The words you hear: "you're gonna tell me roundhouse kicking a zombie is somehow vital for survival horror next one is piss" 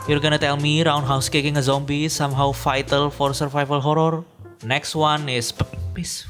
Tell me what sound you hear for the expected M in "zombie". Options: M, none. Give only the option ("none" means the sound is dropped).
M